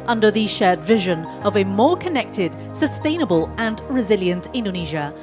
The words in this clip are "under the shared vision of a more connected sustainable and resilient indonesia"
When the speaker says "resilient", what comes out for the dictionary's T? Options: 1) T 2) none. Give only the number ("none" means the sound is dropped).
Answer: 1